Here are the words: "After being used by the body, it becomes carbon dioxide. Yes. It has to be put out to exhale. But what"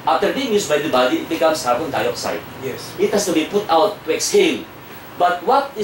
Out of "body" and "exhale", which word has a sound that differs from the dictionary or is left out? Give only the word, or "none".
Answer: exhale